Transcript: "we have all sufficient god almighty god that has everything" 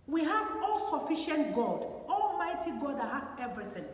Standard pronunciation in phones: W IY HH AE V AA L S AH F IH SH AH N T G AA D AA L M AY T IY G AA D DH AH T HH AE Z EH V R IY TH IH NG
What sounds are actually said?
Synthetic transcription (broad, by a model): W IY HH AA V AA L S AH F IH SH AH N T G AA D AA L M AY T IY G AA D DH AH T HH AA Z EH V R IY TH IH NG